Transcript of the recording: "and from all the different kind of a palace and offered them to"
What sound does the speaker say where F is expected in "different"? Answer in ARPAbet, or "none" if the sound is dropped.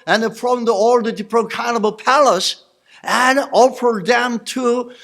P